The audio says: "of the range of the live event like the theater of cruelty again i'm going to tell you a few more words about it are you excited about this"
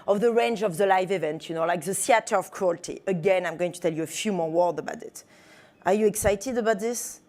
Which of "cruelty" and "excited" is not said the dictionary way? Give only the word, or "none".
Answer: none